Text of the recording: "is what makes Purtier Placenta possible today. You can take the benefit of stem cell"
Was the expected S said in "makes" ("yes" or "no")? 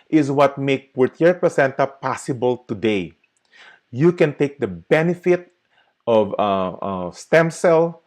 no